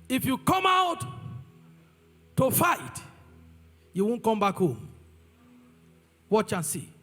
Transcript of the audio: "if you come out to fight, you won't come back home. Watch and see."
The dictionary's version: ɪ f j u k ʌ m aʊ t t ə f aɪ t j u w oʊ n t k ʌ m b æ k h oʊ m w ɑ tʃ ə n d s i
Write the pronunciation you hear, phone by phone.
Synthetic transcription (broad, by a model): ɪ f j u k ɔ m aʊ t t ə f aɪ t j u w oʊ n k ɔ m b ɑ k h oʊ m w ɑ tʃ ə n s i